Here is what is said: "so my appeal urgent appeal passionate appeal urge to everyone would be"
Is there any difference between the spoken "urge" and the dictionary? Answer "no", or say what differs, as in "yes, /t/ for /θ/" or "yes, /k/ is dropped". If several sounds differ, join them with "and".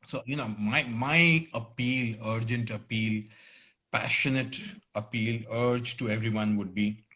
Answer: no